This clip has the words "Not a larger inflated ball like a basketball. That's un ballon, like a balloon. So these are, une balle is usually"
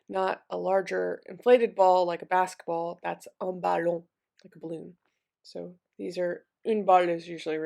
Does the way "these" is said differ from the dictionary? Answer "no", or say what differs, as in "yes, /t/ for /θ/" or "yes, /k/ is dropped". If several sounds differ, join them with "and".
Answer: no